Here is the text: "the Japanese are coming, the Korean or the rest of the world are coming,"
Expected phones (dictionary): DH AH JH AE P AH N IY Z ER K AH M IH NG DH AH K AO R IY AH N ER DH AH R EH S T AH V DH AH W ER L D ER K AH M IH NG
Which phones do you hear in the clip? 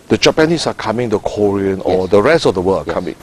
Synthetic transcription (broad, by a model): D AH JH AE P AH N IY S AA K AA M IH NG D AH K AO R IY AH N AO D AH R EH S T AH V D AH W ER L AA K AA M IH NG